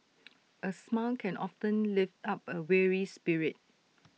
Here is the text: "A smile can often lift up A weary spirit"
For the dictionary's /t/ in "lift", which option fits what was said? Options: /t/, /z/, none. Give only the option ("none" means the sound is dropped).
/t/